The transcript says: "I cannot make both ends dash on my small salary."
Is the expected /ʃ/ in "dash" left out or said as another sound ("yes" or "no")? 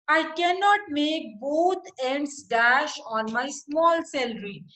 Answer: no